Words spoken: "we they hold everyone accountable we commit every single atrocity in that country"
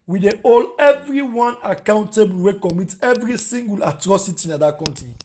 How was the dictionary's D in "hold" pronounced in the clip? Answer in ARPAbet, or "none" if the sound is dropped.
none